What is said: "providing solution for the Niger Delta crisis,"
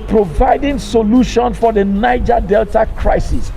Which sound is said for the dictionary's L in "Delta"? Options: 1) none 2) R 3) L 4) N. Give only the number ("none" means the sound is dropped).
3